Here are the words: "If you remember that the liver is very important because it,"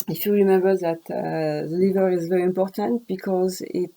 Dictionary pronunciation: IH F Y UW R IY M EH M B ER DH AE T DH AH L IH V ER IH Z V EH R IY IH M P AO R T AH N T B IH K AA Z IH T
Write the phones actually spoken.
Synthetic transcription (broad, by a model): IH F Y UW R IY M EH M B ER DH AE T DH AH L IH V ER IH Z V EH R IY IH M P AO R T AH N T B IH K AA Z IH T